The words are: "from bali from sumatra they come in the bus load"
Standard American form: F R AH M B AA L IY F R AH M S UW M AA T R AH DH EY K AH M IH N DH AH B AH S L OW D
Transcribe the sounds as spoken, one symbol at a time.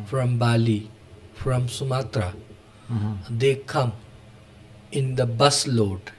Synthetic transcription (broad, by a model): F R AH M B AA L IY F R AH M S UW M AA T R AH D EY K AH M IH N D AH B AH S L OW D